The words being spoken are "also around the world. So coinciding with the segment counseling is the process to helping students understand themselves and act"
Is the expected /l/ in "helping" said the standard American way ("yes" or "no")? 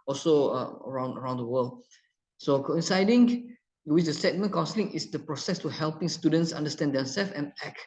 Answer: yes